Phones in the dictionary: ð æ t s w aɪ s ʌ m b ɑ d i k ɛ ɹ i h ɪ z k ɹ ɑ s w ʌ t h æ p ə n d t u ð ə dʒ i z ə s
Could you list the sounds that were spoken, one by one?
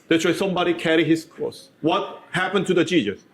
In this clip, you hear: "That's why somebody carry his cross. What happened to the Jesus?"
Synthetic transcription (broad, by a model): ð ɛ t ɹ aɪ s ʌ m b ɑ d i k ɛ ɹ i h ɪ s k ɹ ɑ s w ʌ t h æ p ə n t u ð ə dʒ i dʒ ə s